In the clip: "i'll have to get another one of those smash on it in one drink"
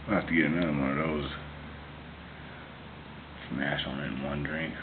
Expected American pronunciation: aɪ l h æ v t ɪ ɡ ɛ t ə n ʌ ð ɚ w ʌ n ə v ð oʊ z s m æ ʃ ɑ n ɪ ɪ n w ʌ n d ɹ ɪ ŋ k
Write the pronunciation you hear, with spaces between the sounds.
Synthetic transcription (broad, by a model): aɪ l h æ f t ɪ ɡ ɛ t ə n ʌ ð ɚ w ʌ n ə v ð oʊ z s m æ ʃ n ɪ ɪ n w ʌ n d ɹ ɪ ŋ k